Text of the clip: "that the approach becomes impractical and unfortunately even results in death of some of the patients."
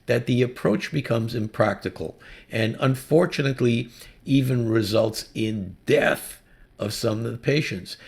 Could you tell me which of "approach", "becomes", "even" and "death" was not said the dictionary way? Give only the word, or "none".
none